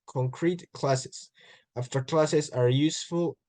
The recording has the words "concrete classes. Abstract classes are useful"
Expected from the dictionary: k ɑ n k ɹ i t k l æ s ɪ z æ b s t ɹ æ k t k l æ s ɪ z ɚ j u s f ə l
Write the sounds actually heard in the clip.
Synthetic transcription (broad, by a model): k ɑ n k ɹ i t k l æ s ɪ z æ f t ʌ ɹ k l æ s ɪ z ɚ j u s f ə l